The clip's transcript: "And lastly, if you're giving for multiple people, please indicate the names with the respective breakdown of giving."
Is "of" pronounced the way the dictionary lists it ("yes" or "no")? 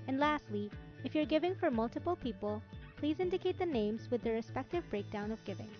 yes